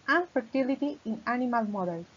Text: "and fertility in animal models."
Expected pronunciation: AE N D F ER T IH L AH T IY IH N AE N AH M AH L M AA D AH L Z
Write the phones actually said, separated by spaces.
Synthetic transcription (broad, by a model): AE N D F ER T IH L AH T IY IH N AE N AH M AH L M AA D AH L